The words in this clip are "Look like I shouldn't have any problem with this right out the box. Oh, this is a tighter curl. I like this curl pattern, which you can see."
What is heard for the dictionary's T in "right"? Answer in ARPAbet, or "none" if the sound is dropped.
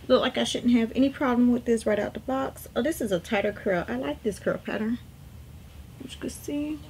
T